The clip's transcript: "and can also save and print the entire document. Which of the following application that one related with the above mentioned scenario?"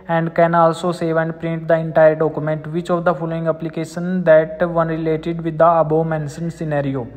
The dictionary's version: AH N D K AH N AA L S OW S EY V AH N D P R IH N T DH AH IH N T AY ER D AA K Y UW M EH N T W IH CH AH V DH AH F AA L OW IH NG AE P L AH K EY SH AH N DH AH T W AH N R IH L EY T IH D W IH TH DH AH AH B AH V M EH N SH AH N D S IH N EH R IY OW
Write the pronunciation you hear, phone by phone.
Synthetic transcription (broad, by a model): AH N D K AH N AA L S OW S EY V AH N D P R IH N T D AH IH N T AY ER D AA K Y UW M EH N T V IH CH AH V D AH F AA L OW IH NG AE P L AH K EY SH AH N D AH T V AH N R IH L EY T IH D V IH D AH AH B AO M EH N S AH N S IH N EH R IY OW